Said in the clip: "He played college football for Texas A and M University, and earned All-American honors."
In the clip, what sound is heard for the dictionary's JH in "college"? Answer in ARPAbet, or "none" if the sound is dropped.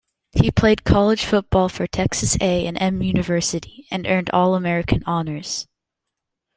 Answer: ZH